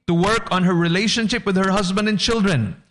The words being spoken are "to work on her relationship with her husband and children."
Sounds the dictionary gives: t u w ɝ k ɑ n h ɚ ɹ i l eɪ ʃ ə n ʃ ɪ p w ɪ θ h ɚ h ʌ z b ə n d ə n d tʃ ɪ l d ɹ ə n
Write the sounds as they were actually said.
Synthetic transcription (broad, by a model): t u w ɝ k ɑ n h ɚ ɹ i l eɪ ʃ ə n ʃ ɪ p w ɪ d h ɚ h ʌ z b ə n d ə n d tʃ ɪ l d ɹ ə n